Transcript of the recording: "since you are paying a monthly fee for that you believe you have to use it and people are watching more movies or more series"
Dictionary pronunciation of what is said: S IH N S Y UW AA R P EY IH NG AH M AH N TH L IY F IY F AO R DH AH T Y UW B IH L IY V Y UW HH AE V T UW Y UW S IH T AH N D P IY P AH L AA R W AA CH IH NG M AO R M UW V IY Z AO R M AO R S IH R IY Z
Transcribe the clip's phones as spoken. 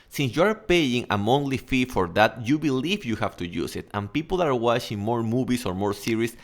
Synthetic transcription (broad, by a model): S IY N S Y UW AA R P EY IH NG AH M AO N T L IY F IY F AO R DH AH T Y UW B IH L IY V Y UW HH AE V T UW Y UW S IH T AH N P IY P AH L AA R W AA CH IH NG M AO R M UW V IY S AO R M AO R S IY R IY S